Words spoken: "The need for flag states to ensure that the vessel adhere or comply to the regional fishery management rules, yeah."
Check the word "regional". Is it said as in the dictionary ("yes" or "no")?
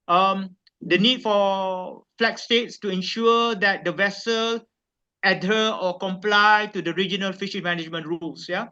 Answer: yes